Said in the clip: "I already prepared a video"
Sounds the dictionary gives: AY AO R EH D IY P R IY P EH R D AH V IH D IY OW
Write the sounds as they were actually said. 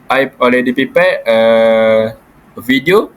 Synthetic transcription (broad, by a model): AY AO L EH D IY P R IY P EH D AH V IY D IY OW